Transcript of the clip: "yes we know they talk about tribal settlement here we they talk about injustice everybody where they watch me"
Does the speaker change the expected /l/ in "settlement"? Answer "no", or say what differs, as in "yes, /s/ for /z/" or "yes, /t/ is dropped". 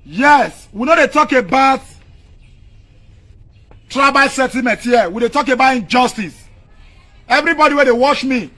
yes, /l/ is dropped